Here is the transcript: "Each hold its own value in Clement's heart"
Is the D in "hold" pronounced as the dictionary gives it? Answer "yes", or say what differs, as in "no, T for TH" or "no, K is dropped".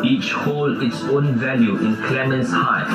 no, D is dropped